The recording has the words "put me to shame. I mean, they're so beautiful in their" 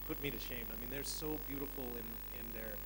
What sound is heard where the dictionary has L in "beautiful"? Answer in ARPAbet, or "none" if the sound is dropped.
N